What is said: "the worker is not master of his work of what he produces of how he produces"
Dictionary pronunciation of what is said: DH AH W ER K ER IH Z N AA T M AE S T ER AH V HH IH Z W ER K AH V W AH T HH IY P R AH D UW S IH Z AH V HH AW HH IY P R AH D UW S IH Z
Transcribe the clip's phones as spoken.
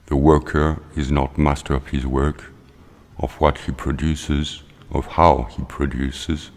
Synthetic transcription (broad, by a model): DH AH W ER K ER IH Z N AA T M AE S T ER AH V HH IH Z W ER K AH V W AH T HH IY P R AH D UW S IH Z AH V HH AW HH IY P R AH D UW S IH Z